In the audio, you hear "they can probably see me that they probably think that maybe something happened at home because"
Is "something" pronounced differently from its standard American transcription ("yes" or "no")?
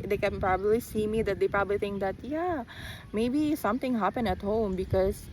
yes